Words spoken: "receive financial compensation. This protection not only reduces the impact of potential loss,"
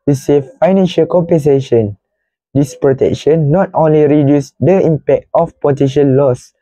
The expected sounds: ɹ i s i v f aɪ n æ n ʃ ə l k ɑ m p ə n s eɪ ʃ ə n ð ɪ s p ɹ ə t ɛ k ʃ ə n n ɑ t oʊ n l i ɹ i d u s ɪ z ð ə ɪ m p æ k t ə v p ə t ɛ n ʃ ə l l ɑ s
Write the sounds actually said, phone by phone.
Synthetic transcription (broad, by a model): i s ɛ f aɪ n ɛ n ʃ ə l k ɑ m p ə n s eɪ ʃ ə n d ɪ s p ɹ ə t ɛ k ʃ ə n n ɑ t oʊ n l i ɹ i d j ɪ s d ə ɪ m p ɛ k t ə f p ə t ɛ ʃ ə n l ɑ s